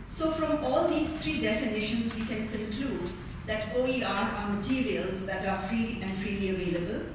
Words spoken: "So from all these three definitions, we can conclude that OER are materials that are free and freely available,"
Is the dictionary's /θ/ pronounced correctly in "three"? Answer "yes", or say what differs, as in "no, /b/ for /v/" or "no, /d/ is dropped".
no, /t/ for /θ/